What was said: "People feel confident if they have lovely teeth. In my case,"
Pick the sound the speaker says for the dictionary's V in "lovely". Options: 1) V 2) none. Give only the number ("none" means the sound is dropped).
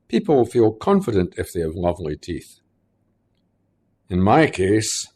1